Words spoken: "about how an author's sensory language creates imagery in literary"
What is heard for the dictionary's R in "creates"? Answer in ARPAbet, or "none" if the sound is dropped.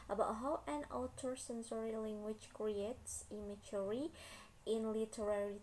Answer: R